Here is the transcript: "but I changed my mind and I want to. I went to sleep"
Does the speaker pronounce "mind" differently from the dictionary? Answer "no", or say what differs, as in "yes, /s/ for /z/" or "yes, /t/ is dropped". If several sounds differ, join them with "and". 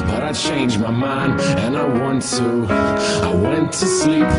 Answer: yes, /d/ is dropped